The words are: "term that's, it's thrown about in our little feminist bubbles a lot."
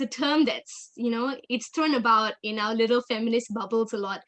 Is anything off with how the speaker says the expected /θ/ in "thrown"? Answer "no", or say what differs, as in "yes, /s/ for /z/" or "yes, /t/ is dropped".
yes, /t/ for /θ/